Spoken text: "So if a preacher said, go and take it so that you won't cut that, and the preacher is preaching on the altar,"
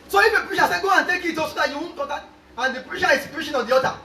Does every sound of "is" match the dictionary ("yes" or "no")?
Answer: no